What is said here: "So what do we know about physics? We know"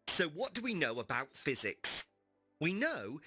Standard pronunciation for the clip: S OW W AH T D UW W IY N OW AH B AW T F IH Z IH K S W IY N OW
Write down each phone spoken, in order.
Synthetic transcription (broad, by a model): S OW W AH T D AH W IY N OW AH B AW T F IH Z IH K S W IY N OW